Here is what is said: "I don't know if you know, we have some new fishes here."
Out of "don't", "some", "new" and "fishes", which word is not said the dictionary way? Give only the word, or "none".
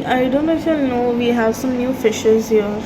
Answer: none